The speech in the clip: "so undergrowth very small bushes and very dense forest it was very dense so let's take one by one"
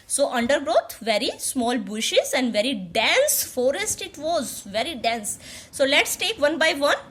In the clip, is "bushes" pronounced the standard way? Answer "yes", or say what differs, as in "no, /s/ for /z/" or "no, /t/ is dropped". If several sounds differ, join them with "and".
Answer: yes